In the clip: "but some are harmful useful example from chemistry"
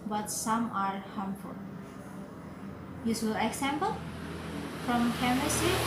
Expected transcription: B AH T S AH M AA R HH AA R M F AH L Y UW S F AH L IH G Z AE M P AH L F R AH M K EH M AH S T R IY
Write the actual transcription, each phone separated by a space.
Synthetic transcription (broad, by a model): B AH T S AH M AA R HH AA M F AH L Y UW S AH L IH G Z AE M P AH L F R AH M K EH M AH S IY